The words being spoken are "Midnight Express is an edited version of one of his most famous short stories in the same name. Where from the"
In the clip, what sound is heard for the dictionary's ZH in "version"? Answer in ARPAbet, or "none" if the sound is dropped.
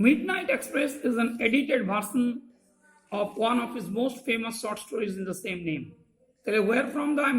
S